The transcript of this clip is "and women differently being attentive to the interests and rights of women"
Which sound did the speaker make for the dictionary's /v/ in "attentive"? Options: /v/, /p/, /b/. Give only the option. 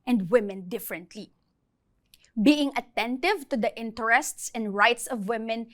/v/